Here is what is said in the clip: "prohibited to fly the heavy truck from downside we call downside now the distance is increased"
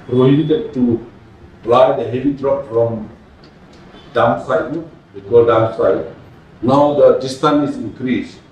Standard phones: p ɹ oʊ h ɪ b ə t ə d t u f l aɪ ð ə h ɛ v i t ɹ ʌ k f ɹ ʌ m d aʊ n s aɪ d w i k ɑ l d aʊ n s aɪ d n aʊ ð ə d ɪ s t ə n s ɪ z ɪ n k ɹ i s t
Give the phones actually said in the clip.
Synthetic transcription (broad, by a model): p ɹ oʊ h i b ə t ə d t u p l aɪ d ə h ɛ v i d ɹ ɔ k f ɹ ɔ m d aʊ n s aɪ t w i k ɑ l d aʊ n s aɪ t n aʊ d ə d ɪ s t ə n ɪ s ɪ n k ɹ i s